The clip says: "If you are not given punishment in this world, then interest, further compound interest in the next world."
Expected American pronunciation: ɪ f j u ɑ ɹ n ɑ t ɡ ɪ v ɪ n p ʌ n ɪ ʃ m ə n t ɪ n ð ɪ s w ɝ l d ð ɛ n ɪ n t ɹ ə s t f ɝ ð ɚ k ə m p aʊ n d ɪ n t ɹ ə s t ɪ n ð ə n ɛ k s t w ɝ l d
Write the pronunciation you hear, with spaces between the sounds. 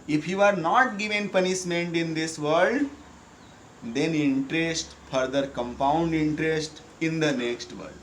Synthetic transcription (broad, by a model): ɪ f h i ɑ ɹ n ɑ t ɡ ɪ v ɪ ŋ p ʌ n ɪ ʃ m ə n t ɪ n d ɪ s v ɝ l d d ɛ n ɪ n t ɹ ə s t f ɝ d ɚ k ə m p aʊ n d ɪ n t ɹ ə s t ɪ n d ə n ɛ k s t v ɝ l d